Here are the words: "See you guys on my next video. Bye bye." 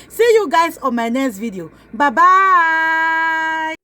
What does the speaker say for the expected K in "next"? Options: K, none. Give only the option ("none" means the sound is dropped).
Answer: none